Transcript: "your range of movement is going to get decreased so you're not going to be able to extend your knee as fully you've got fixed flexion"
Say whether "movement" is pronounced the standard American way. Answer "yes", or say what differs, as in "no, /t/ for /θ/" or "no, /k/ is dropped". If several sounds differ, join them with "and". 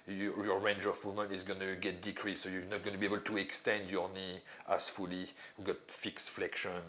no, /v/ is dropped